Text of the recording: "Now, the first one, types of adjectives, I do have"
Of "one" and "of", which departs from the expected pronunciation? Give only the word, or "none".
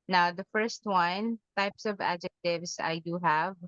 none